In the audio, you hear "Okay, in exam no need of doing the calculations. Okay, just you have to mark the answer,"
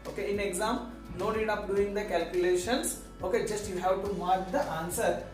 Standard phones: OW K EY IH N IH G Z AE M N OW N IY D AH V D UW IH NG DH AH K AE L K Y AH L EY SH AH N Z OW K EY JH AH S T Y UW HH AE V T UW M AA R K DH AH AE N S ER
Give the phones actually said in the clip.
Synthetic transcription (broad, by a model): OW K EY IH N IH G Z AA M N OW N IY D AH P D UW IH NG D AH K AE L K Y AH L EY SH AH N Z OW K EY JH AH S T Y UW HH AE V T UW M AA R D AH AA N S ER